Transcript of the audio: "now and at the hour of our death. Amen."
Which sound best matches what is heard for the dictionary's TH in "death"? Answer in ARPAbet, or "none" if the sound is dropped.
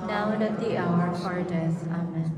S